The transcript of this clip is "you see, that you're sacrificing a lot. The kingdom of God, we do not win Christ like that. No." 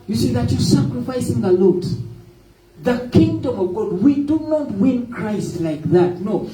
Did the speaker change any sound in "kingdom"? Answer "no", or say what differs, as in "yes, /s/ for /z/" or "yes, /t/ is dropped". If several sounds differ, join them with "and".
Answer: no